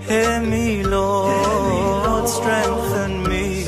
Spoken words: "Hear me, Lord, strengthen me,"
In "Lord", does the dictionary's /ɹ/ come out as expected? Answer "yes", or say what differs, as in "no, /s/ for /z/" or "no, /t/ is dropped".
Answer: no, /w/ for /ɹ/